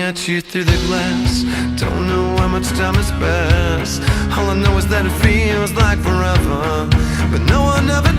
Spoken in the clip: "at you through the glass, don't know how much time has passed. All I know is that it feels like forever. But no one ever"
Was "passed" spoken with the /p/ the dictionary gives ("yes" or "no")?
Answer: no